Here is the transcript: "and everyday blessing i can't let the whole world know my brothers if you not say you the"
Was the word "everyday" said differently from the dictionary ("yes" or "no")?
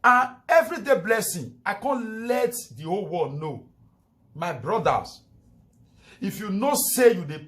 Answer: no